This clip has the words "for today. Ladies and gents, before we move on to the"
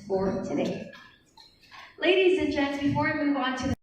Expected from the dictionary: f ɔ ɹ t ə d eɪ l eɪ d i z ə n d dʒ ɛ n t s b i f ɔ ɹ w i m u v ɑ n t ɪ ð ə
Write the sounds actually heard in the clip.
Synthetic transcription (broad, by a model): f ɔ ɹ t ə d eɪ l eɪ d i z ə n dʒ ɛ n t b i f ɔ ɹ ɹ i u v ɑ n t ɪ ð